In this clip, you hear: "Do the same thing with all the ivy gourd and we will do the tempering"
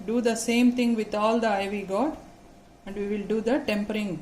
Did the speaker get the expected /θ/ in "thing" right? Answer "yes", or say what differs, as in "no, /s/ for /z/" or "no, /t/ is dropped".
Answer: no, /t/ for /θ/